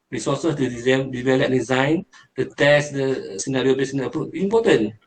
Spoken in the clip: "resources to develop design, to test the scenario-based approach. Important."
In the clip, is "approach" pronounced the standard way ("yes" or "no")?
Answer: no